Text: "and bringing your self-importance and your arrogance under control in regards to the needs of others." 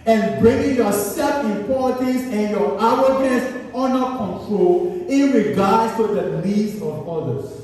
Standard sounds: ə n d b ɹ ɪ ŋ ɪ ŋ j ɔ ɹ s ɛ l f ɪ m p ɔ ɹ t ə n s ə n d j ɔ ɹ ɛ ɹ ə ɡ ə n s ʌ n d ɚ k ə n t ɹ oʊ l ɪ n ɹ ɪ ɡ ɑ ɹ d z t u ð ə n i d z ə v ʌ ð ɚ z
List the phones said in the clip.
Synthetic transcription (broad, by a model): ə n b ɹ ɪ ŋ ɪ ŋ j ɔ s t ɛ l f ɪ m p ɔ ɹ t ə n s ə n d j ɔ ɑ w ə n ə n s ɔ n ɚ k ə n t ɹ oʊ l ɪ n ɹ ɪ ɡ ɑ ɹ d s t u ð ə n i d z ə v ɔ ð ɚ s